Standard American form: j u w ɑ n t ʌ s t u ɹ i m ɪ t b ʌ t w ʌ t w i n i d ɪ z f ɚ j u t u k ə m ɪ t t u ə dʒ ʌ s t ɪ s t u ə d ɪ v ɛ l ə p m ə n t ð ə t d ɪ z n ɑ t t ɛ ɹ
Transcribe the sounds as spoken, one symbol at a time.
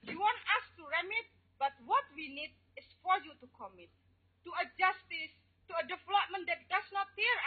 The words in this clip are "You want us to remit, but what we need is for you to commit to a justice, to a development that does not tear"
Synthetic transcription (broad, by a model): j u w ɑ n t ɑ s t u ɹ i m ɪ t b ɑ t w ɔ t w i n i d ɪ s f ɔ j u t u k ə m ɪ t t u ə dʒ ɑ s t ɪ s t u ə d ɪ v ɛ l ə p m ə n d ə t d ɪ s n ɑ t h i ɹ